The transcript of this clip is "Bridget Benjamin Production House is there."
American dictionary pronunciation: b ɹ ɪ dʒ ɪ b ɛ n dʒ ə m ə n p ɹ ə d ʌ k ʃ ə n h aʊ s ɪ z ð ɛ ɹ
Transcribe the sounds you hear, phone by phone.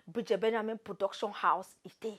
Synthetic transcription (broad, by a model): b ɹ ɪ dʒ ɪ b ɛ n ə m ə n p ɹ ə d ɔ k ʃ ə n h aʊ s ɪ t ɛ